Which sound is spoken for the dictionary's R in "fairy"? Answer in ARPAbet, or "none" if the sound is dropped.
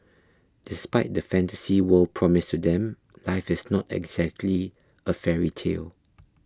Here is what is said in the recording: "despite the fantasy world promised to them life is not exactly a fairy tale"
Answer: R